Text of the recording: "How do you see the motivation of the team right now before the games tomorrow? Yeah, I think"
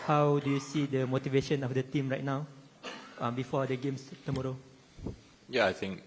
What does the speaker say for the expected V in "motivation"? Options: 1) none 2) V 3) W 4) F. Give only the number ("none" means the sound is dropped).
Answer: 2